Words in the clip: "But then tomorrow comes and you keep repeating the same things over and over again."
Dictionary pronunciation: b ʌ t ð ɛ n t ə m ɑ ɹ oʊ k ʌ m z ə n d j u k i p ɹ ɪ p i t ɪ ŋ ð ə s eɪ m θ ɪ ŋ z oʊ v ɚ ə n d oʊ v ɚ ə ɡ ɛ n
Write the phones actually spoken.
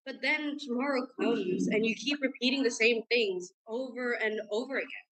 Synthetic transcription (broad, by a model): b ʌ t ð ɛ n t ə m ɑ ɹ oʊ k ʌ m z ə n j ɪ k i p ɹ ɪ p i t ɪ ŋ ð ə s eɪ m θ ɪ ŋ z oʊ v ɚ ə n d oʊ v ɚ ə ɡ ɛ n